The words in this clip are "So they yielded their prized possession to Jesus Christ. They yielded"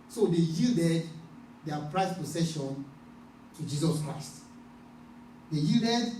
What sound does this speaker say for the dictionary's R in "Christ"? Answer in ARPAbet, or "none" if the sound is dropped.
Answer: R